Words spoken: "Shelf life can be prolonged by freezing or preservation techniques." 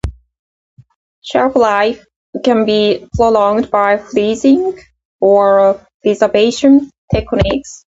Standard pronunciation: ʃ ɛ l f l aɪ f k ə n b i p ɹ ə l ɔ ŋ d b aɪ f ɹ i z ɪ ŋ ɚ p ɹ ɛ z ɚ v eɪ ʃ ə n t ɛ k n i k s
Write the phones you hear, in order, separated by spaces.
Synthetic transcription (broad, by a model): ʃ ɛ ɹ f l aɪ f k ə n b i p ɹ ə l ɔ ŋ d b aɪ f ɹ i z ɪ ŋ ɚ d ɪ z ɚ b eɪ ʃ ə n t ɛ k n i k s